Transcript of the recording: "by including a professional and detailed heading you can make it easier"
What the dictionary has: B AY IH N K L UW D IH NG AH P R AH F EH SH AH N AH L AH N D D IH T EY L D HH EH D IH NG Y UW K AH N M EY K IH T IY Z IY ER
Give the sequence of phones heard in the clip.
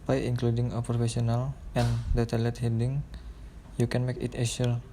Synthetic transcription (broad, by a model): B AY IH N K L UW D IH NG AH P R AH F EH S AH N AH L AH N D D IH T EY L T HH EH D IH NG Y UW K AH N M EY K IH T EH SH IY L